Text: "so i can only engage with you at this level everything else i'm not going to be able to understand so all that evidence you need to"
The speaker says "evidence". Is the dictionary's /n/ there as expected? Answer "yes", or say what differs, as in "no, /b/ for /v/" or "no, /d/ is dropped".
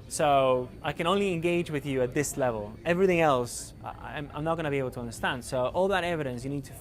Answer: yes